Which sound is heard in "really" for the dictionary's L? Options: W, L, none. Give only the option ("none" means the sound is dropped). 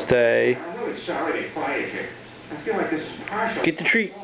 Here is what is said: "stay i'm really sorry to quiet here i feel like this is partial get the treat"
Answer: none